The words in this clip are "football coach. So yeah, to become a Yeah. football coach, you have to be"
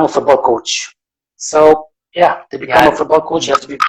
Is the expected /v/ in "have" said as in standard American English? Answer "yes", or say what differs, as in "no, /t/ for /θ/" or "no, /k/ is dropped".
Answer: no, /f/ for /v/